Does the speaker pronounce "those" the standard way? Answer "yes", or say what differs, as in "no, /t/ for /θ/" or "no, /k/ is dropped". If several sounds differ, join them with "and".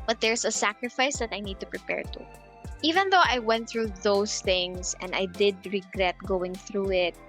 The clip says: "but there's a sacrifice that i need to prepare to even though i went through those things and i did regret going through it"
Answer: no, /s/ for /z/